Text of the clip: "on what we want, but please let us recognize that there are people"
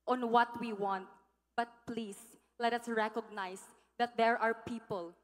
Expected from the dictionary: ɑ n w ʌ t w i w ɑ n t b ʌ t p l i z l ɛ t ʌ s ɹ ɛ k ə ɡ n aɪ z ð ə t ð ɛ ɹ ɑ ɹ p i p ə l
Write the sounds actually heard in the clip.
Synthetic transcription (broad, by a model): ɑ n w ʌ t w i w ɑ n t b ʌ t p l i s l ɛ t ʌ s ɹ ɛ k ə ɡ n aɪ s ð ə t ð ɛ ɹ ɑ ɹ p i p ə l